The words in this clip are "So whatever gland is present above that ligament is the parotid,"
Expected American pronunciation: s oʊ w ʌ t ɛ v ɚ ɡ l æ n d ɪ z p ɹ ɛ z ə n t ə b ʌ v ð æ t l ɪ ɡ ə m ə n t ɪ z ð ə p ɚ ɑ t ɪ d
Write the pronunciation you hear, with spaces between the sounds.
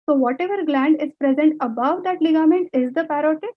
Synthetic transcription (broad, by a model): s oʊ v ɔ t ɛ v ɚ ɡ l æ n d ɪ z p ɹ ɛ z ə n t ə b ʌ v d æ t l ɪ ɡ ə m ə n t ɪ z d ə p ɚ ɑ t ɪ